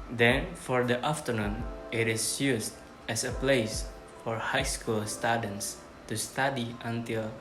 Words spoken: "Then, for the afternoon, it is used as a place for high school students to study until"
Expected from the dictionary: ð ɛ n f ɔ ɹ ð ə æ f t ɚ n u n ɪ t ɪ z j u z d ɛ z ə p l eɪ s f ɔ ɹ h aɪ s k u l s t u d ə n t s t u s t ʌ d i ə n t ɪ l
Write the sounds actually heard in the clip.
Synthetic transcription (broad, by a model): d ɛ n f ɔ ɹ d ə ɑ f t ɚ n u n ɪ t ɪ s j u s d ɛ s ə p l eɪ s f ɔ ɹ h aɪ s k u l s t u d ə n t s t u s t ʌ d i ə n t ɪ l